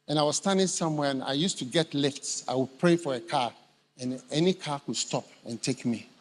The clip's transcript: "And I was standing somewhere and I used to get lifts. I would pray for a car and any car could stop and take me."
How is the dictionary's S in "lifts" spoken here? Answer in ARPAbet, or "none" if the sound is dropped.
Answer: S